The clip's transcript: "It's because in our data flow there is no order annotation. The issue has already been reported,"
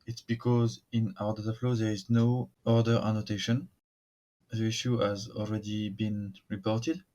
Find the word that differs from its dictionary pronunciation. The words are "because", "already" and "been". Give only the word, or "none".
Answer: none